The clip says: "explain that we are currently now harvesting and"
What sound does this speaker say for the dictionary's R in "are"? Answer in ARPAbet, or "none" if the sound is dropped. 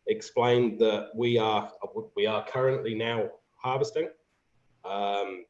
W